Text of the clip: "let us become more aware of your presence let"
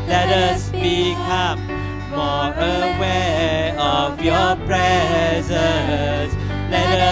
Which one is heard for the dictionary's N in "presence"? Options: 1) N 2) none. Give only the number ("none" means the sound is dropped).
2